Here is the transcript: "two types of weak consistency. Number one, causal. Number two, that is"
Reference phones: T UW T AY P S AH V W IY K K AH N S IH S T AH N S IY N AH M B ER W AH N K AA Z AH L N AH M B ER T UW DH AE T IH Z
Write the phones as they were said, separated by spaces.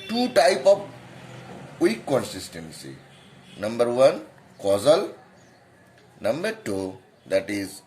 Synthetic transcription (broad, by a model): T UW T AY P AH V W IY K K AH N S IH S T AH N S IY N AH M B ER W AH N K AA Z AH L N AH M B ER T UW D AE T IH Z